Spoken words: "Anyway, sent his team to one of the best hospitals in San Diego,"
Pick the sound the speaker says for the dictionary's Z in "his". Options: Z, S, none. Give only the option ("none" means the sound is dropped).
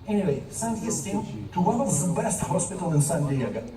S